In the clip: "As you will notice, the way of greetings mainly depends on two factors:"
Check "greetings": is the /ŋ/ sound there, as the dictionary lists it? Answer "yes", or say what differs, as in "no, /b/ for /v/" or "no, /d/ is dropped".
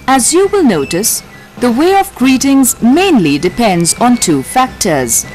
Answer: yes